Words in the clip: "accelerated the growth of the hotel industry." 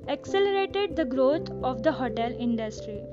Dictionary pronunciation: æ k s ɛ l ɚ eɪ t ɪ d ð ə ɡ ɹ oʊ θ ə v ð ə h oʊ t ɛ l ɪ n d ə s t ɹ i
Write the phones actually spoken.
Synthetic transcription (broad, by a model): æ k s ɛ l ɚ eɪ t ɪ d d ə ɡ ɹ oʊ t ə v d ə h oʊ t ɛ l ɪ n d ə s t ɹ i